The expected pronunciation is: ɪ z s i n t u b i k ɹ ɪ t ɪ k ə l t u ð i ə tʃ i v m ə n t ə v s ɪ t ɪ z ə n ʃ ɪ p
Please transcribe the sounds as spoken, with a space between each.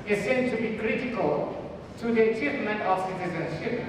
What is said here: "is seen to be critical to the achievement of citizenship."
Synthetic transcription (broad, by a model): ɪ s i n t u b i k ɹ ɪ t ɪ k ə l t u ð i ə tʃ i v m ə n t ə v s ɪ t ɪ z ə n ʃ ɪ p